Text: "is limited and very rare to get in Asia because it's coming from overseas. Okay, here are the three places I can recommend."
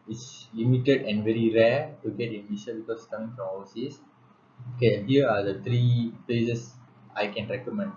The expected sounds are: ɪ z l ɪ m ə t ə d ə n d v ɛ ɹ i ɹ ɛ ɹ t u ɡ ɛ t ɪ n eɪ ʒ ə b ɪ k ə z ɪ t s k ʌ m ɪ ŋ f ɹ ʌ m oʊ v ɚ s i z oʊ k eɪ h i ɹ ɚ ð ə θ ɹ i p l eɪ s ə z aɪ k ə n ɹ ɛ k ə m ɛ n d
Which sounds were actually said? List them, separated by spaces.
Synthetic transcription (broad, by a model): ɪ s l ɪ m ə t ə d ə n d v ɛ ɹ i ɹ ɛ t u ɡ ɛ t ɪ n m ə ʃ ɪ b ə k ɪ s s k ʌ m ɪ ŋ f ɹ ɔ m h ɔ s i s oʊ k eɪ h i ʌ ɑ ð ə t ɹ i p l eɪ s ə s aɪ k ə n ɹ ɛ k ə m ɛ n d